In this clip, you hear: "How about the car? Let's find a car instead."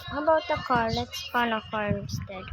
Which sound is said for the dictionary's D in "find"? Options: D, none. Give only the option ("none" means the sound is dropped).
none